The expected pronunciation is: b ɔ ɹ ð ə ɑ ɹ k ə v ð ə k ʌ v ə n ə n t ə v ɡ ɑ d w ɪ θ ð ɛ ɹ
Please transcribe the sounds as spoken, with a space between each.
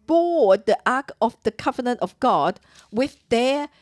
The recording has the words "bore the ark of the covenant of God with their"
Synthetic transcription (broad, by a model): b ɔ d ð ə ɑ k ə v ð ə k ʌ v ə n ə n t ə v ɡ ɑ d w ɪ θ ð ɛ